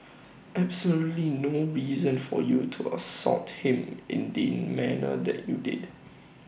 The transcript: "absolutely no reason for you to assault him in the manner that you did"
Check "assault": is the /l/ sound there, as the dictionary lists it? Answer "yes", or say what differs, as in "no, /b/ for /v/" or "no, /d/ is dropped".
no, /l/ is dropped